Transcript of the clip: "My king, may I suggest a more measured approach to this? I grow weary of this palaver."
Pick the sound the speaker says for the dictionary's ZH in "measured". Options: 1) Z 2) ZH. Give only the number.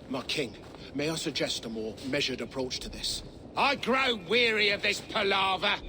2